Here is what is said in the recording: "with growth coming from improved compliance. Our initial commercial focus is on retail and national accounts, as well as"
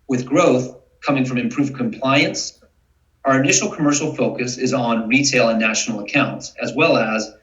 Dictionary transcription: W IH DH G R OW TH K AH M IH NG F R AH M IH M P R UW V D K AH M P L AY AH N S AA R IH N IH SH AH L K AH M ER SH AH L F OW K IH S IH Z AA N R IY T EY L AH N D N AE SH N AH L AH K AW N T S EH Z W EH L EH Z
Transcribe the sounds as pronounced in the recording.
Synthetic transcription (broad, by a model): W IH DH G R OW TH K AH M IH NG F R AH M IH M P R UW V K AH M P L AY AH N S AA R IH N IH SH L K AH M ER SH L F OW K IH S IH Z N R IY T EY L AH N N AE SH N L AH K AW N T S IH Z W EH L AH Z